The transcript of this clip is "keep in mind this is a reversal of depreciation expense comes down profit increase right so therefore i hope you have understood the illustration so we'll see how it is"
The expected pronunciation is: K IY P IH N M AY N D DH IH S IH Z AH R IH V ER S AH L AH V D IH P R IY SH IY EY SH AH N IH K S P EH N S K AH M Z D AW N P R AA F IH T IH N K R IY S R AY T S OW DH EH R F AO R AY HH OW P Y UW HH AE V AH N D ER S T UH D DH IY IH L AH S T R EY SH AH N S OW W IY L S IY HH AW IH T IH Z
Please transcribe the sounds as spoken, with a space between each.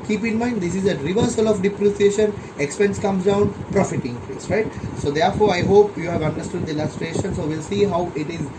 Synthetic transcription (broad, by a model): K IY P IH N M AY N D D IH S IH Z AH R IH V ER S AH L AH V D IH P R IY S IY EY SH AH N IH K S P EH N S K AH M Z D AW N P R AA F IH T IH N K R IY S R AY T S OW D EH R F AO R AY HH OW P Y UW HH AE V AH N D ER S T UH D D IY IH L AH S T R EY SH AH N S OW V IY L S IY HH AW IH T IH Z